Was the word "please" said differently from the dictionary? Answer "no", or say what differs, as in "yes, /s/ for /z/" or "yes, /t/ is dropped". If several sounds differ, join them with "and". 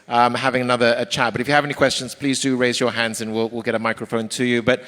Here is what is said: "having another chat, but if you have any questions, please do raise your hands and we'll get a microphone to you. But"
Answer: no